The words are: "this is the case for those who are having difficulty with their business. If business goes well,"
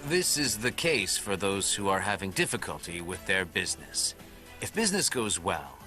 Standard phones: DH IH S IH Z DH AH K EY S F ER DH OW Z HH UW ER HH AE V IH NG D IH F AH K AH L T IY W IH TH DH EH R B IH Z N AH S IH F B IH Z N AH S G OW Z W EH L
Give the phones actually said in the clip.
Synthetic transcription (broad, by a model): DH IH S IH Z DH AH K EY S F ER DH OW Z HH UW ER HH AE V IH NG D IH F AH K AH L T IY W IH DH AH R B IH Z N AH S IH F B IH Z N AH S G OW Z W EH L